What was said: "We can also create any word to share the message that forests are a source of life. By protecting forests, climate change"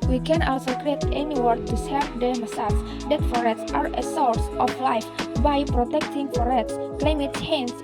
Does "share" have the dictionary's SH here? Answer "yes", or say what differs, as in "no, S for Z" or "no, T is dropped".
no, S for SH